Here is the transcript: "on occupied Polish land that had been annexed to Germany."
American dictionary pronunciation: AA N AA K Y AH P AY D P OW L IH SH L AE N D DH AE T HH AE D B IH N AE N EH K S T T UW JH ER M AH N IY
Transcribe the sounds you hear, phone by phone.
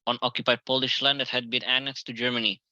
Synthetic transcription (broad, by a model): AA N AA K Y AH P AY D P OW L IH SH L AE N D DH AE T HH AE D B IH N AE N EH K S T T UW JH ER M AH N IY